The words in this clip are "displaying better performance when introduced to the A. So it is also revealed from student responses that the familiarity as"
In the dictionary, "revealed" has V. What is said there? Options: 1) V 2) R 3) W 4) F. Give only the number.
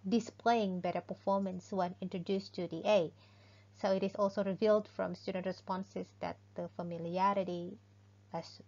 1